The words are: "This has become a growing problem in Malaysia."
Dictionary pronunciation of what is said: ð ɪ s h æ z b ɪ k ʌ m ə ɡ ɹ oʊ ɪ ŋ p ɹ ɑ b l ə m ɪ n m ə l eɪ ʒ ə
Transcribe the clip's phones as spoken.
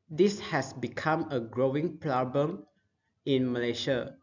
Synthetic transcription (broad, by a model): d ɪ s h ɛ s b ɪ k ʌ m ə ɡ ɹ oʊ ɪ ŋ p l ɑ b ə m ɪ n m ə l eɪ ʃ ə